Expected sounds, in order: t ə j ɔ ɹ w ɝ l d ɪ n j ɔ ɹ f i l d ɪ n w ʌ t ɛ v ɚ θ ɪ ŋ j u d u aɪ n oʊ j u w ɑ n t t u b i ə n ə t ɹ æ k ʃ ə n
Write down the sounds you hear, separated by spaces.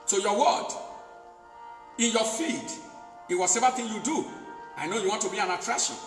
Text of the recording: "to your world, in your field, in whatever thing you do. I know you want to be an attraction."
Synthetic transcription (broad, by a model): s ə j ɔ w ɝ d ɪ n j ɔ f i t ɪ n w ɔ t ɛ v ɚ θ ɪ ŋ j u d u aɪ n oʊ j u w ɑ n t t u b i ə n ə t ɹ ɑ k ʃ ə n